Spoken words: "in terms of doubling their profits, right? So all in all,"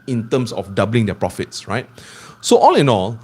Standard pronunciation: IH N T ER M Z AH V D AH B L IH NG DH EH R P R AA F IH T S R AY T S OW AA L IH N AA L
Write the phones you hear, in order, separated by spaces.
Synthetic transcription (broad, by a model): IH N T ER M S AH F D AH B L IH NG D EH P R AA F IH T S R AY T S OW AA L IH N AA L